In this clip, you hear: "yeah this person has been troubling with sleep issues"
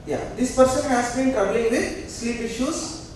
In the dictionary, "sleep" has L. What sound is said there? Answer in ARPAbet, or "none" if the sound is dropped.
L